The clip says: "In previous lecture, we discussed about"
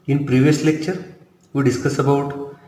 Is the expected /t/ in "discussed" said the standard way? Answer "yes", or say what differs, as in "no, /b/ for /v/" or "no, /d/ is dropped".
no, /t/ is dropped